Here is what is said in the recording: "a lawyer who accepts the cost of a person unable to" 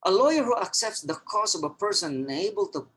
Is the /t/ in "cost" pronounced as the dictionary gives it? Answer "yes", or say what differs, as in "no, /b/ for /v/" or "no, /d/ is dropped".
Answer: no, /t/ is dropped